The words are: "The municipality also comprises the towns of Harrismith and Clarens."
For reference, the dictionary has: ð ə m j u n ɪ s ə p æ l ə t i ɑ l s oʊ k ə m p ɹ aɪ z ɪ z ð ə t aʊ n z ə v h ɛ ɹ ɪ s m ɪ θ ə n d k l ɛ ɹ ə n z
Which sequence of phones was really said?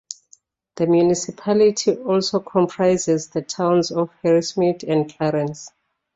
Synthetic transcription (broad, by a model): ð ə m j u n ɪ s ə p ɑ l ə t i ɑ l s oʊ k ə m p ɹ aɪ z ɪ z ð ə t aʊ n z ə f h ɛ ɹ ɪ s m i t ə n d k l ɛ ɹ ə n s